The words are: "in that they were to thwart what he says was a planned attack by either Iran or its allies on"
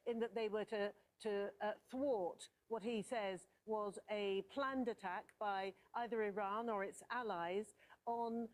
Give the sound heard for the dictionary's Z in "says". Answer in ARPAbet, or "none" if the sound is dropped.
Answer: Z